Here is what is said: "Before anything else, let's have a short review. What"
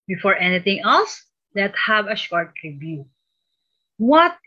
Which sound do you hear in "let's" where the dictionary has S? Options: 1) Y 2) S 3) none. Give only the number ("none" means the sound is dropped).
3